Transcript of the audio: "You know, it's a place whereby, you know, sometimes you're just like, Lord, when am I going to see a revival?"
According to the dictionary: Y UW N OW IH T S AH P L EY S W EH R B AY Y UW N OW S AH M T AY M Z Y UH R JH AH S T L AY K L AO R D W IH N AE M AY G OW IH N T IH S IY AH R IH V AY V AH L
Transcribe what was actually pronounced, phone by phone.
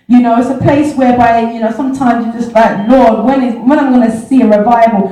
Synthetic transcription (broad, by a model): Y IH N OW IH T S AH P L EY S W EH R B AY Y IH N OW S AH M T AY M Z Y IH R JH AH S T L AY K L AO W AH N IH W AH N AY G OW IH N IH S IY AH R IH V AY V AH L